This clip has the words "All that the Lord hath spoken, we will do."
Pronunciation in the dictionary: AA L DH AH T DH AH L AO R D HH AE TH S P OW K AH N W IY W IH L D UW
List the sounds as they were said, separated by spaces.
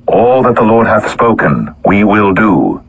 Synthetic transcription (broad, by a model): AA L DH AH T DH AH L AO R D HH AE TH S P OW K AH N W IY W IH L D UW